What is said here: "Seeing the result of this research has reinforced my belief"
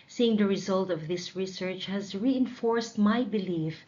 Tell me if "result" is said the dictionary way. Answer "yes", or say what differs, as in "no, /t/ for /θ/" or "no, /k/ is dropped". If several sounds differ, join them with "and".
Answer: yes